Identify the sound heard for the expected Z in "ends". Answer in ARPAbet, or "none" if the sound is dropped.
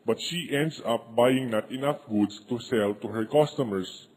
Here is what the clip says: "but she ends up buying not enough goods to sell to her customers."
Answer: S